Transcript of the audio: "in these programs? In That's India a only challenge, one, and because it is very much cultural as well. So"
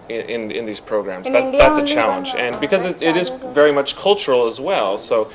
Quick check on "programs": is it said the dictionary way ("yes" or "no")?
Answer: yes